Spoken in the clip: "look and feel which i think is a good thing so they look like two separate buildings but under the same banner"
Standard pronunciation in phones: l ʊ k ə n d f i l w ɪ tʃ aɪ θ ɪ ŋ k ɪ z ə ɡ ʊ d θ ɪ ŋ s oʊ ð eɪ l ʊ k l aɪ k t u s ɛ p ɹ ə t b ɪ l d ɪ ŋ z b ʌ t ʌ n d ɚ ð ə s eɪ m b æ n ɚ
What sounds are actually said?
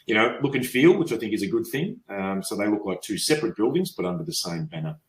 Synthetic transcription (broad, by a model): l ʊ k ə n f i l w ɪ tʃ aɪ θ ɪ ŋ k ɪ z ə ɡ ʊ d θ ɪ ŋ s oʊ ð eɪ l ʊ k l aɪ k t u s ɛ p ɹ ə t b ɪ l d ɪ ŋ z b ʌ t ʌ n d ɚ ð ə s eɪ m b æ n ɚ